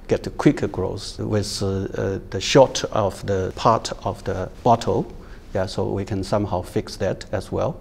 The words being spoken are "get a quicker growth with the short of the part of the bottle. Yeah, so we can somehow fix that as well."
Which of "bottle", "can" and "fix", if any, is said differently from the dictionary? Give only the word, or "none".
none